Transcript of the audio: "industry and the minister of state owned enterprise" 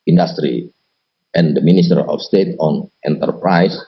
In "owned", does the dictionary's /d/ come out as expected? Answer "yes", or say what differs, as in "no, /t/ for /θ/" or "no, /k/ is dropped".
no, /d/ is dropped